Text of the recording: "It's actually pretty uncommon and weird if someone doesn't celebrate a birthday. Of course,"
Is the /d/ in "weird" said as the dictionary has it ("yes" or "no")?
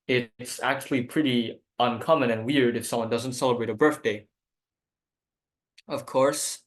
yes